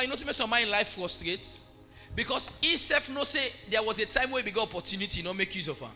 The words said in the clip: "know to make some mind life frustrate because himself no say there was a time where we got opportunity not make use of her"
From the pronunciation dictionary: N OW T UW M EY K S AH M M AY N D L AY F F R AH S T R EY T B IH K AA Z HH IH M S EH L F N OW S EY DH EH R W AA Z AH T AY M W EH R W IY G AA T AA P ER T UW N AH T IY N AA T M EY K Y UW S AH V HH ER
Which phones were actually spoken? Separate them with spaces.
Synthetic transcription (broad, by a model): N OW T UW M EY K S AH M M AY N L AY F F R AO S T R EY T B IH K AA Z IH S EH F N OW S EY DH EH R W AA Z AH T AY M W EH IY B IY G AA T AA P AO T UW N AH T IY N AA M EY K Y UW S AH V HH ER